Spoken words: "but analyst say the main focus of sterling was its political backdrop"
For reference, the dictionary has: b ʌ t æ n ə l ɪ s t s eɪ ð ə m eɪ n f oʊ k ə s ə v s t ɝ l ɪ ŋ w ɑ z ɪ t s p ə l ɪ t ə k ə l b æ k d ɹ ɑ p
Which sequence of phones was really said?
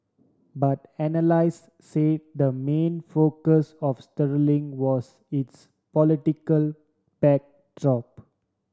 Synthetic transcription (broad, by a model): b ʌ t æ n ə l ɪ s s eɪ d ə m eɪ n f oʊ k ə s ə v s t ɝ l ɪ ŋ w ɑ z ɪ t s p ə l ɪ t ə k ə l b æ k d ɹ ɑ p